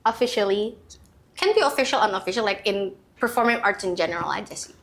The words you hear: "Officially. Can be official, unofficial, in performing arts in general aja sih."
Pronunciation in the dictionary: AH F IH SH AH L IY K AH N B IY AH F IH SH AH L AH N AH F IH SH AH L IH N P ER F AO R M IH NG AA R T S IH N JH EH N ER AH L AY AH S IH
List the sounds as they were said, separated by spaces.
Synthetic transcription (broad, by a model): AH F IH SH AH L IY K AH N B IY AH F IH SH AH L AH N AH F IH SH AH L IH N P ER F AO R M IH NG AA R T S IH N JH EH N ER AH L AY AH S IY